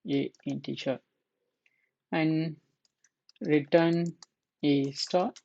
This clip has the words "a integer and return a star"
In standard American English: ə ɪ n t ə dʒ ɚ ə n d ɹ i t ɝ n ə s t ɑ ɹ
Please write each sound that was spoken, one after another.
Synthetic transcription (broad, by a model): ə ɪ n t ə tʃ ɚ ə n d ɹ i t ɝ n ə s t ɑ